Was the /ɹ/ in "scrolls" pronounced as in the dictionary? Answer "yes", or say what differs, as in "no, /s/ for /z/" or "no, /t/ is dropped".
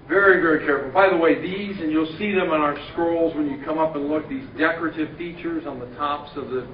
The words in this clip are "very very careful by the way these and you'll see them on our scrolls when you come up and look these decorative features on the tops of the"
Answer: yes